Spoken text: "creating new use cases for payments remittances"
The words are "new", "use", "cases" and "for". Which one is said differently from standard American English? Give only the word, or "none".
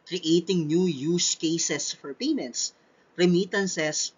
cases